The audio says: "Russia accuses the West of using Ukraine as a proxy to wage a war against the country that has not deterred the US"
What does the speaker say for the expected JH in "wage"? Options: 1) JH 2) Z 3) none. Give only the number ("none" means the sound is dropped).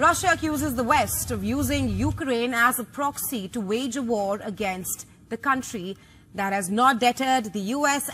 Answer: 1